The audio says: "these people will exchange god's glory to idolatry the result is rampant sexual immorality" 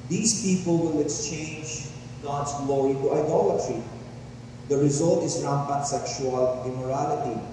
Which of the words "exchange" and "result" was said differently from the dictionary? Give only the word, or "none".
none